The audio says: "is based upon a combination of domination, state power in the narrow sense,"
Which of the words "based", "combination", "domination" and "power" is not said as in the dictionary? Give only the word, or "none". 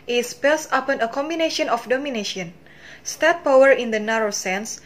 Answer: based